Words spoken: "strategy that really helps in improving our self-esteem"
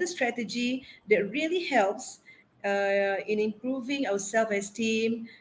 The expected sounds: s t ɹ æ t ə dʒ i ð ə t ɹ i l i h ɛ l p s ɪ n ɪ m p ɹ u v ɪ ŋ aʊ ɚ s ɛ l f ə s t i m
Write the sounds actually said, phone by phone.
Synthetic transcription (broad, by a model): s t ɹ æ t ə dʒ i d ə t ɹ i l i h ɛ l p s ɪ n ɪ m p ɹ u v ɪ ŋ aʊ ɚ s ɛ l f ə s t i m